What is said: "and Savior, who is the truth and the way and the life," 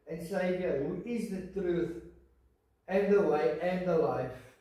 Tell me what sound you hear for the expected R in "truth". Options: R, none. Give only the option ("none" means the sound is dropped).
R